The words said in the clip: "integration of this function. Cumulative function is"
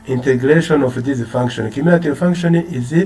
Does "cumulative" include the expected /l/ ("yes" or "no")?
no